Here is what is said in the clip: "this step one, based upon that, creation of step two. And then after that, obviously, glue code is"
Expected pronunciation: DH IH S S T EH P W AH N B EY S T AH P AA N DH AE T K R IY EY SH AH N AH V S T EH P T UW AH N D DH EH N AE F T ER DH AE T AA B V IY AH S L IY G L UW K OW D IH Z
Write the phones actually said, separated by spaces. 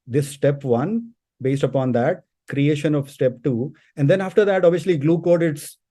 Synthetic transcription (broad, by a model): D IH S S T EH P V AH N B EY S T AH P AA N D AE T K R IY EY SH AH N AH V S T EH P T UW AH N D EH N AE F T ER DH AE T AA V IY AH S L IY G L UW K OW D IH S